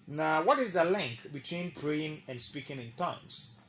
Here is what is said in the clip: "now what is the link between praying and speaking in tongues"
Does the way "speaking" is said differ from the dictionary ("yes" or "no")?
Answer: no